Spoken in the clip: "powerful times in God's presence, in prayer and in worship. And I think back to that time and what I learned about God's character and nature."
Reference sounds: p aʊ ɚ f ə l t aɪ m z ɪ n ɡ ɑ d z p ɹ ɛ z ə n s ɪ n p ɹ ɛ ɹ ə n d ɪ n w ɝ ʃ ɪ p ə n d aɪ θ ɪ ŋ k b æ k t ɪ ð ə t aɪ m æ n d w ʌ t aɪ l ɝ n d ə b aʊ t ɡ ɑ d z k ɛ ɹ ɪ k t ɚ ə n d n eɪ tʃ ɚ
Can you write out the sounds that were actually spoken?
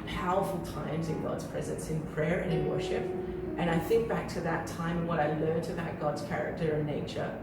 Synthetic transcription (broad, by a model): p aʊ ɚ f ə l t aɪ m z ɪ n ɡ ɑ d z p ɹ ɛ z ə n s ɪ n p ɹ ɛ ɹ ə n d ɪ n w ɝ ʃ ɪ p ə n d aɪ θ ɪ ŋ k b æ k t ɪ ð ə t aɪ m w ʌ t aɪ l ɝ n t ə b aʊ t ɡ ɑ d z k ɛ ɹ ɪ k t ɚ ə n n eɪ tʃ ɚ